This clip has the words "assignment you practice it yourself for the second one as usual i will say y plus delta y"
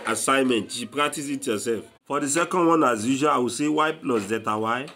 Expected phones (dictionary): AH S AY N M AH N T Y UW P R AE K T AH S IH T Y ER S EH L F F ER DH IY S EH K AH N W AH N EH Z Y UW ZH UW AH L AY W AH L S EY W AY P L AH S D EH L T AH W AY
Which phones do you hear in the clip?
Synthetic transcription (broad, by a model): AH S AY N M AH N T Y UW P R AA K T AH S IH T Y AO S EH L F F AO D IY S EH K AH N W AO N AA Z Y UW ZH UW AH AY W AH S EY W AY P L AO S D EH T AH W AY